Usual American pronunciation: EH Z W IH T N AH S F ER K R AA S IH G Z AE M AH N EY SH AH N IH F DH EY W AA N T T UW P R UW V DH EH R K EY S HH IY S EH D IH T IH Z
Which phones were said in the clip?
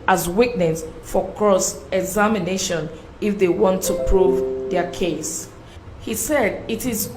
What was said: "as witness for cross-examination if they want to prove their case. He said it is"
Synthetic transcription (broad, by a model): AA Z W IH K N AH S F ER K R AA S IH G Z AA M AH N EY SH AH N IH F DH EY W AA N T T UW P R UW V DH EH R K EY S HH IY S EH D IH T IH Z